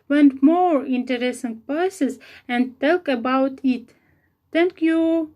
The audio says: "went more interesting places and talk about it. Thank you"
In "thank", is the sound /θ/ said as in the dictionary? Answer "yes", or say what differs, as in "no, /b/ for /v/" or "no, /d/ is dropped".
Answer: no, /t/ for /θ/